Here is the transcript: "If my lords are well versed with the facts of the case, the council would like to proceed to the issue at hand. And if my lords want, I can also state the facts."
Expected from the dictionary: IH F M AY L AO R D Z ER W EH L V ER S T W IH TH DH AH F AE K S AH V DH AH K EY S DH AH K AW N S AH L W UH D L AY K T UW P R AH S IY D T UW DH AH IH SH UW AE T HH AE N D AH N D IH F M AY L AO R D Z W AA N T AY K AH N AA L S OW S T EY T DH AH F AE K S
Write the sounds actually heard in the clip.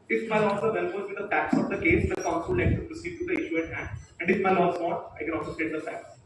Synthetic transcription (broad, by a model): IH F M AY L AO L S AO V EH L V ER T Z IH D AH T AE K S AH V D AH K EY S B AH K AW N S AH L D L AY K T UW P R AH S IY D T UW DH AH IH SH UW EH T HH AE N D AH N D IH F M AY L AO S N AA T AY K AH N AA L S OW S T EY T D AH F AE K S